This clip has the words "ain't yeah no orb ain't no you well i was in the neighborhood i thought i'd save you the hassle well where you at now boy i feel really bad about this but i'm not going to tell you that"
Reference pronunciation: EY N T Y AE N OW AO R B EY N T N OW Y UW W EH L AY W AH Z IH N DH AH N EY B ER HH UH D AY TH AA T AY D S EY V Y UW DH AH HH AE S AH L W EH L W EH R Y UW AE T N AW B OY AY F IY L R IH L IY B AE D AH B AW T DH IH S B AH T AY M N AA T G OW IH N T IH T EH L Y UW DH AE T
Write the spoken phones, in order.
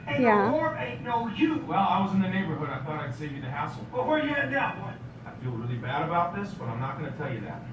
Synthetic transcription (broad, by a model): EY Y AE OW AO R EY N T N OW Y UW W EH L AY W AH Z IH N DH AH N EY B ER HH UH D AY TH AA T AY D S EY V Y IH DH AH HH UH S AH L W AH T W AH R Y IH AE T L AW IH AY F IY L R IH L IY B AE D AH B AW T DH IH S B AH T AY M N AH T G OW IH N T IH T EH L Y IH DH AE T